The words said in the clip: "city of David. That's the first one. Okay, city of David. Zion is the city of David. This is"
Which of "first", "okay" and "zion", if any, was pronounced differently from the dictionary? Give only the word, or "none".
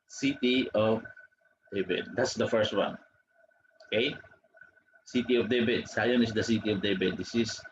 zion